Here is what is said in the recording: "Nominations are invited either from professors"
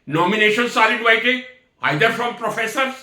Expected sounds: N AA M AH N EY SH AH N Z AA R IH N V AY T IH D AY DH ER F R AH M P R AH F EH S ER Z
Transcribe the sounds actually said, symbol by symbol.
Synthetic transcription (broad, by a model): N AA M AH N EY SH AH N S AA L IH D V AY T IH AY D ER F R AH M P R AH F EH S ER